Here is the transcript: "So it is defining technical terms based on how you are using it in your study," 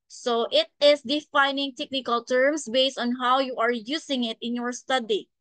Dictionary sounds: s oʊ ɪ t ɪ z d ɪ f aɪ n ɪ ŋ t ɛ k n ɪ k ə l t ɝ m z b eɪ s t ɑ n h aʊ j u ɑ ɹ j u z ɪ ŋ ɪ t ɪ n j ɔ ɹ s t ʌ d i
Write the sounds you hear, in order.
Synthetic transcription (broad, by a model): s oʊ ɪ t ɪ s d ɪ f aɪ n ɪ ŋ t ɛ k n ɪ k ə l t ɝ m s b eɪ s t ɑ n h aʊ j u ɑ ɹ j u s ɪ ŋ ɪ t ɪ n j ɔ ɹ s t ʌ d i